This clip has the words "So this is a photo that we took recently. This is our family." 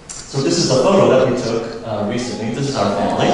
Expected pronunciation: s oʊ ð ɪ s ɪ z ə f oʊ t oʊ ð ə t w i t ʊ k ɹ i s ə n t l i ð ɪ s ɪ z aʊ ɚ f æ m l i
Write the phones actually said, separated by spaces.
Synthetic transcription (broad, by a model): s oʊ ð ɪ s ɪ z ə f oʊ t oʊ ð ə t w i t ʊ k ɹ i s ə n t l i ð ɪ s ɪ z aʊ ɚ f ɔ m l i